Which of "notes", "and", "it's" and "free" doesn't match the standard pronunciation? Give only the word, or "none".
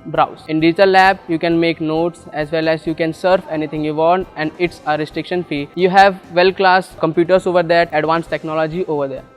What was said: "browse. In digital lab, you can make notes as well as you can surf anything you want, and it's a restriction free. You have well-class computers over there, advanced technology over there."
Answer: free